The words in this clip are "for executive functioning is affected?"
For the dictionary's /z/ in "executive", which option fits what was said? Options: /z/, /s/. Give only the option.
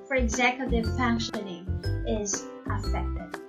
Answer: /z/